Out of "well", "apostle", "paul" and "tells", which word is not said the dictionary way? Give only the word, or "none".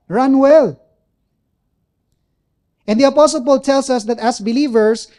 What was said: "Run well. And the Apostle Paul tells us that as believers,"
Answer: tells